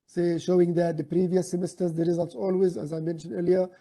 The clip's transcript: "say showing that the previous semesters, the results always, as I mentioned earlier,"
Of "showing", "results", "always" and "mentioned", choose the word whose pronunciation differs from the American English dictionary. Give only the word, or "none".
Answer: none